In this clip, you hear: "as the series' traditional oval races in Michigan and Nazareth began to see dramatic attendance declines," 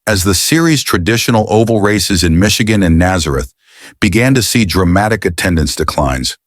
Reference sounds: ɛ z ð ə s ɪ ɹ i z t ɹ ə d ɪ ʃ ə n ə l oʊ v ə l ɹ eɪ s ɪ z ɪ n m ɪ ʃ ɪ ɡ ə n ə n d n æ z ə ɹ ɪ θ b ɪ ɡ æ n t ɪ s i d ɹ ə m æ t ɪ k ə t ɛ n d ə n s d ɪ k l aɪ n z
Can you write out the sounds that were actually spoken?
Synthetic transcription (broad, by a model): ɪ z ð ə s ɪ ɹ i z t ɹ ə d ɪ ʃ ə n l oʊ v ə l ɹ eɪ s ɪ z ɪ n m ɪ ʃ ɪ ɡ ə n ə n n æ z ə ɹ ɪ θ b ɪ ɡ æ n t ɪ s i d ɹ ə m æ t ɪ k ə t ɛ n d ə n s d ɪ k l aɪ n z